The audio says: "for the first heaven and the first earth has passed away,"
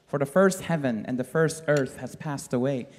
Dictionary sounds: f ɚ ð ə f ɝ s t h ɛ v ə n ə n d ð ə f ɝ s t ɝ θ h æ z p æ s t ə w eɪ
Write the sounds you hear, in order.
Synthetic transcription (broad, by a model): f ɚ ð ə f ɝ s t h ɛ v ə n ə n ð ə f ɝ s t ɝ θ h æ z p æ s t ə w eɪ